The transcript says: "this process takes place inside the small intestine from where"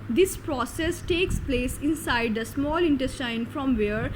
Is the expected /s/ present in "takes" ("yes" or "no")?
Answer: yes